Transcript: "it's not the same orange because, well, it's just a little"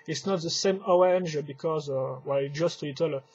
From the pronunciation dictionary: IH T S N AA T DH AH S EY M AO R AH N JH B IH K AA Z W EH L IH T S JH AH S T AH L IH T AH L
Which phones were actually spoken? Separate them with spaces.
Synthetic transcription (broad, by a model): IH T S N AA T DH AH S EY M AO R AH N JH B IH K AA Z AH W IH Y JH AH S T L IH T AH L